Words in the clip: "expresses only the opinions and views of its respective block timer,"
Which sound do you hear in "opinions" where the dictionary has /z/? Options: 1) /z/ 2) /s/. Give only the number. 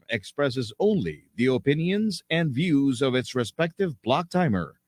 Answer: 1